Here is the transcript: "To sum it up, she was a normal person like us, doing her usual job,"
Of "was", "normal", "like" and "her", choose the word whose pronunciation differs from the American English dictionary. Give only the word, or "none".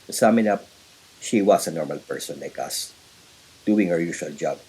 was